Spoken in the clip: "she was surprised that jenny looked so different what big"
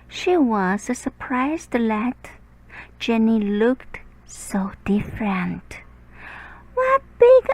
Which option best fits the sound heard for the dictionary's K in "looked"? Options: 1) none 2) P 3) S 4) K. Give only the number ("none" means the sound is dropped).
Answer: 4